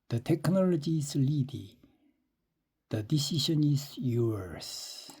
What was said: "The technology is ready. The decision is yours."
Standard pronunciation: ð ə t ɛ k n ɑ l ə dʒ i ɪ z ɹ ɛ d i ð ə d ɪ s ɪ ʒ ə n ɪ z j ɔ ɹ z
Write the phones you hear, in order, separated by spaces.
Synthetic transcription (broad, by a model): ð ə t ɛ k n ɑ l ə dʒ i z l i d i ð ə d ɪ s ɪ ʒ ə n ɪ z j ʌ ɹ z